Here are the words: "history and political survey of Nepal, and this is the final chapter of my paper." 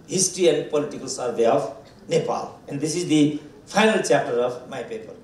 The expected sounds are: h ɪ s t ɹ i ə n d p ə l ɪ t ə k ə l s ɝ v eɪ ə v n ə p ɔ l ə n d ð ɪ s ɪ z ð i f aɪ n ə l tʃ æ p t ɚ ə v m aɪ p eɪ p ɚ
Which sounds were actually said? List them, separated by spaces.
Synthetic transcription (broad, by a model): h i s t ɹ i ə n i p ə l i t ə k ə l s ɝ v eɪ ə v n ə p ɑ l ə n d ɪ s ɪ z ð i p aɪ n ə l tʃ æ p t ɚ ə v m aɪ p eɪ p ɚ